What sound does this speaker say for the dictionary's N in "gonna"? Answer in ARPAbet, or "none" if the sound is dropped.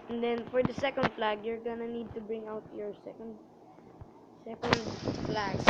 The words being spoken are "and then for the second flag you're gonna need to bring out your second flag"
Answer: N